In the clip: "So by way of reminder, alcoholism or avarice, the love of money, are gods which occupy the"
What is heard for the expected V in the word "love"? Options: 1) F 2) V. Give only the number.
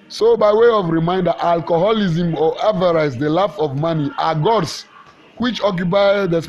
1